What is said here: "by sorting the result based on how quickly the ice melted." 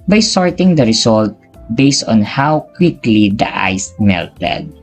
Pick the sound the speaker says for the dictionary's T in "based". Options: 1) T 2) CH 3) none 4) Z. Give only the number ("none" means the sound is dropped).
1